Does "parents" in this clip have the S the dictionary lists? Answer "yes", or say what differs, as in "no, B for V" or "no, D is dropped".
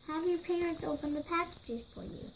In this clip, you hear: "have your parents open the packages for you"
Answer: yes